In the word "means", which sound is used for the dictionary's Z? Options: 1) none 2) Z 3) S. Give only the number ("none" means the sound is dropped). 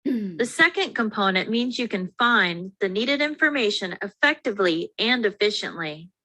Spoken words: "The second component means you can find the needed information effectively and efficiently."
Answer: 2